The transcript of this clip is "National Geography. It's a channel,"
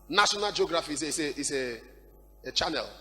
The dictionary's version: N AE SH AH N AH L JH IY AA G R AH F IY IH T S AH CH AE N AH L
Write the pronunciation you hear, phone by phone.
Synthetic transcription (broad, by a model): N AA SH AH N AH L JH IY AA G R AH F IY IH S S AH CH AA N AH L